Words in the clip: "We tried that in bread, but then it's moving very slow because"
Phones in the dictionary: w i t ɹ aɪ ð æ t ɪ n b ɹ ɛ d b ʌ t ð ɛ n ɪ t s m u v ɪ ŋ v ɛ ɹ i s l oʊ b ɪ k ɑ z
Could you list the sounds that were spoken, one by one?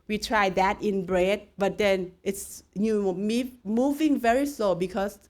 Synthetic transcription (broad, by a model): w i t ɹ aɪ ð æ t ɪ n b ɹ ɛ d b ʌ t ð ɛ n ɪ t s m u v ɪ ŋ v ɛ ɹ i s l oʊ b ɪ k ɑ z